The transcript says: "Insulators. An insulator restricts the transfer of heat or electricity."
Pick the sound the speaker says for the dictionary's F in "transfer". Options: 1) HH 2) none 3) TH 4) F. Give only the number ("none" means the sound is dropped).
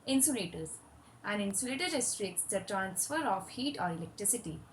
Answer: 4